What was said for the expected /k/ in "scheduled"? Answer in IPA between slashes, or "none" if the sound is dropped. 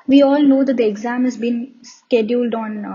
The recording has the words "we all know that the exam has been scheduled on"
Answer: /k/